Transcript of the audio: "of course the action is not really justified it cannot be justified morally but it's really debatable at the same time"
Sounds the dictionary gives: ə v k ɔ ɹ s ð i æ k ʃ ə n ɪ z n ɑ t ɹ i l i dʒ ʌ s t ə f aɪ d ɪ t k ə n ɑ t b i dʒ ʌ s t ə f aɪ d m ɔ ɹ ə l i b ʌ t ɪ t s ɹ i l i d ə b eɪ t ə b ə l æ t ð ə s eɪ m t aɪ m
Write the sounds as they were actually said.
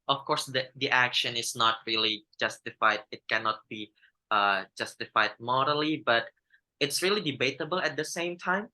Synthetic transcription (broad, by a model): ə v k ɔ ɹ s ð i æ k ʃ ə n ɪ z n ɑ t ɹ i l i dʒ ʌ s t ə f aɪ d ɪ t k ə n ɑ t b i dʒ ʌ s t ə f aɪ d m ɔ ɹ ə l i b ʌ t ɪ t s ɹ i l i d ə b eɪ t ə b ə l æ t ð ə s eɪ m t aɪ m